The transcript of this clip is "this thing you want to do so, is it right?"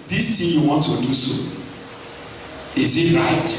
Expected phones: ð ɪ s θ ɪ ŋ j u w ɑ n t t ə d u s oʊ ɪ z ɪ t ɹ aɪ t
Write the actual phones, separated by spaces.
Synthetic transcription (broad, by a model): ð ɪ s t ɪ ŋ j u w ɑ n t t ə d u s oʊ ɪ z ɪ t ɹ aɪ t